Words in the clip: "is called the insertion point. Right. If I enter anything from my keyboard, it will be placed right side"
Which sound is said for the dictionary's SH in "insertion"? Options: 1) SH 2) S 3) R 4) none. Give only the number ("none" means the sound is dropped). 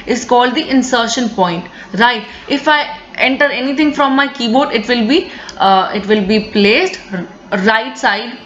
1